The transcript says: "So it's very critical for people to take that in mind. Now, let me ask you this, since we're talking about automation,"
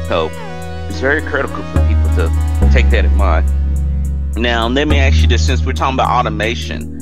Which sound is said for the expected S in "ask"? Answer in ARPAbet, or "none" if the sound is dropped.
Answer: none